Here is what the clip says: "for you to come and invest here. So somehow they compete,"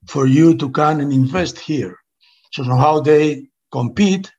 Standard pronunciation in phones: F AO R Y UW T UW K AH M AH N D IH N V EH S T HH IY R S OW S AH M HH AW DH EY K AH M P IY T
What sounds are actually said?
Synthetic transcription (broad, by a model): F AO R Y UW T UW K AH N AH N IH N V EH S T HH IY R S OW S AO HH AW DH EY K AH M P IY T